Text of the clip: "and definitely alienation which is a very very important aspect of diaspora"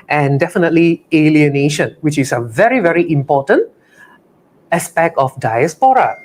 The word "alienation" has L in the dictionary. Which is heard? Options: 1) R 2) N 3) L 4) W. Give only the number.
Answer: 3